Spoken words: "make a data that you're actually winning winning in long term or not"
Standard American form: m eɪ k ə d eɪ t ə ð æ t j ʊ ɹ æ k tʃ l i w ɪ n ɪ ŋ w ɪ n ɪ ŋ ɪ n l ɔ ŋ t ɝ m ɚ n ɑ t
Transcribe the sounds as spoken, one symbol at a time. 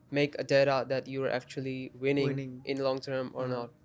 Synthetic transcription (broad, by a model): m eɪ k ə d eɪ t ə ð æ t j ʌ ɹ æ k tʃ i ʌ l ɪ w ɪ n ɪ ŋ ɪ n l ɔ ŋ t ɝ m ɚ n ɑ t